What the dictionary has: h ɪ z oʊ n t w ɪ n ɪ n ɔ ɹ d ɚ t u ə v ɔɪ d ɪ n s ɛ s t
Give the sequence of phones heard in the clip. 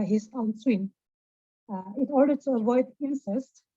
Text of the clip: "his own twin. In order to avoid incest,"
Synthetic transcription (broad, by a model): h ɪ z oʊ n s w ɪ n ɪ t ɔ ɹ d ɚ t u ə v ɔɪ d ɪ n s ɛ s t